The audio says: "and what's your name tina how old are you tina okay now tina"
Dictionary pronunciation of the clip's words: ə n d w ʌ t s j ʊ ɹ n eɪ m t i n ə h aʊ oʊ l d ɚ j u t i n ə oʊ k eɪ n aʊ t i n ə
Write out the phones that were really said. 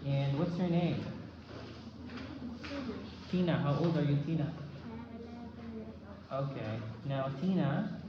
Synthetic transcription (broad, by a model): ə n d w ʌ t s j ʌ ɹ n eɪ m t i n ə h aʊ oʊ l d ɚ j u t i n ə oʊ k eɪ n aʊ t i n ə